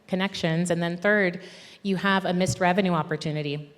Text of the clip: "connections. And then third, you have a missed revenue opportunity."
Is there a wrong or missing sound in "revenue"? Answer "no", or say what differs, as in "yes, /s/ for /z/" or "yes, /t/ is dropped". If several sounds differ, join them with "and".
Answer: no